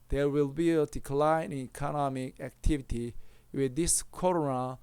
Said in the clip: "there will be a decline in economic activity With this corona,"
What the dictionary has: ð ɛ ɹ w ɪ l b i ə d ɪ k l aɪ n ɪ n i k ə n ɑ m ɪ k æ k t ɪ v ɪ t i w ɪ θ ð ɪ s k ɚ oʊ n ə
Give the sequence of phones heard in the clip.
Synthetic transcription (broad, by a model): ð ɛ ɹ w ɪ l b i ə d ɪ k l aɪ ɪ n i k ə n ɑ m ɪ k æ k t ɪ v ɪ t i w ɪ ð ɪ s k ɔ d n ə